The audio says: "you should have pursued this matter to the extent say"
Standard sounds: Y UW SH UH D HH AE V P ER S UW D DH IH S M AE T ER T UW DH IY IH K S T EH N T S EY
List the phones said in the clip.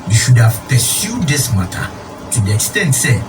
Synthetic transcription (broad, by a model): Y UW SH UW D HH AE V P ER S UW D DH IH S M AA T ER T UW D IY IH K S T EH N T S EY